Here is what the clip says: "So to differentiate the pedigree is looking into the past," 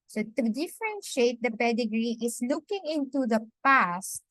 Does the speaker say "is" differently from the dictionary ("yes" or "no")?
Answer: yes